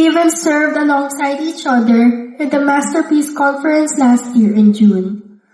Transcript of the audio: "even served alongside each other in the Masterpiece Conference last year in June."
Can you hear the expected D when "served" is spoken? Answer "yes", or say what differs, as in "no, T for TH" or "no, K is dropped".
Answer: yes